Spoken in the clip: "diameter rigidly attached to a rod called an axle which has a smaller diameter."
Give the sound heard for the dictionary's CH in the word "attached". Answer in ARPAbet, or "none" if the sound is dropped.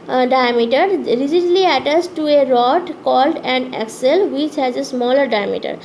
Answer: S